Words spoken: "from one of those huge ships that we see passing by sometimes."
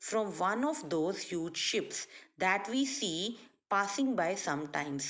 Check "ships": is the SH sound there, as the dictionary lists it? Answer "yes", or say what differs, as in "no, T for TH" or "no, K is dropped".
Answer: yes